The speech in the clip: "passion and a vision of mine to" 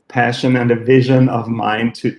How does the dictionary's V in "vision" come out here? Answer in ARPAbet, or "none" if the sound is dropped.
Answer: V